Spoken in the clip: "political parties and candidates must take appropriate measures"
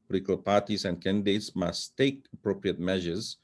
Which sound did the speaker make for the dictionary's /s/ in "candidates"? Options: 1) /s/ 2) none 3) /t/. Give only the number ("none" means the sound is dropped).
1